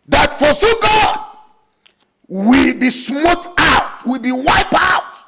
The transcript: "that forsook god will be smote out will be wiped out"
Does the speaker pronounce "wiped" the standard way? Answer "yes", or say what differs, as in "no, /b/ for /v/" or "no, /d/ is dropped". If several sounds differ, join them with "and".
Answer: no, /t/ is dropped